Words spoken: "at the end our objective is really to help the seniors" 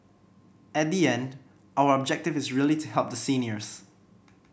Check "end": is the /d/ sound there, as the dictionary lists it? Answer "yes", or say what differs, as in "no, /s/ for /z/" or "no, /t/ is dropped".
yes